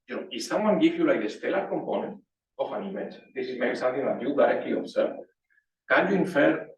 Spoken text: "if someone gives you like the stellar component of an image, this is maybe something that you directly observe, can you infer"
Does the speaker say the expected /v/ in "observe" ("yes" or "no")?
no